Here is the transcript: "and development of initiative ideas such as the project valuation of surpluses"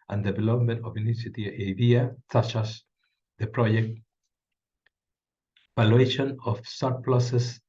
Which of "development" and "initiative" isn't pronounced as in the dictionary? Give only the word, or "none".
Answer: initiative